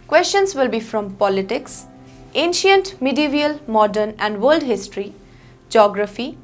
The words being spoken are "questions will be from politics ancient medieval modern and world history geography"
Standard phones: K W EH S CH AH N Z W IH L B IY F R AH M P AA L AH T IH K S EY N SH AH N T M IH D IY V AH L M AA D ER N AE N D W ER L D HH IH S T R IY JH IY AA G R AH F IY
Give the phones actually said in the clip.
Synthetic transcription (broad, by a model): K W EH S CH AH N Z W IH L B IY F R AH M P AA L AH T IH K S EY N SH AH N T M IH D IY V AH L M AA D ER N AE N D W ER L D HH IH S T R IY JH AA G R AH F IY